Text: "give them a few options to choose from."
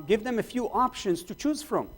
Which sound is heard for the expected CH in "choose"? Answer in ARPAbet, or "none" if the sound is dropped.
CH